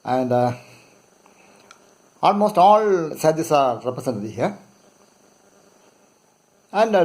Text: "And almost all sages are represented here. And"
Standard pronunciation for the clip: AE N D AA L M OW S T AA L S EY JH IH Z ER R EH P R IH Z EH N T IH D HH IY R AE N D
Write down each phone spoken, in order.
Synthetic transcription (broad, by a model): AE N D AA L M OW S T AA L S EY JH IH S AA R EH P R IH S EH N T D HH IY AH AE N D